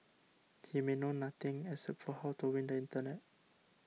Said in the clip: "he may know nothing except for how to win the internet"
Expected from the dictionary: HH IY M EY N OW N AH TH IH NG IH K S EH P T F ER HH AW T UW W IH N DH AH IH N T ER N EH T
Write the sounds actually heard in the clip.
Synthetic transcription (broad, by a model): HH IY M EY N OW N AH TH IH NG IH S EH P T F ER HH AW T UW W IH N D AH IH N T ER N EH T